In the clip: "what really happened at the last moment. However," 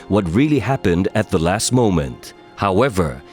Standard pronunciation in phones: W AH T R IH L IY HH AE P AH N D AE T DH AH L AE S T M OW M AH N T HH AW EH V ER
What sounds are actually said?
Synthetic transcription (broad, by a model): W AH T R IH L IY HH AE P AH N D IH T DH AH L AE S T M OW M AH N T HH AW EH V ER